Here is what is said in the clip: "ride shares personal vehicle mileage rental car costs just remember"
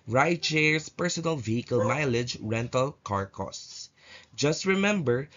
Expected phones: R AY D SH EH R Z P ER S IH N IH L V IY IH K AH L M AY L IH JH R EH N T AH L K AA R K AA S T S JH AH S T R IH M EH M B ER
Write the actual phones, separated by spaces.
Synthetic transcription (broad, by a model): R AY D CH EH R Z P ER S IH N IH L V IY IH K AH L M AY L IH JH R EH N T AH L K AA R K AA S T S JH AH S T R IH M EH M B ER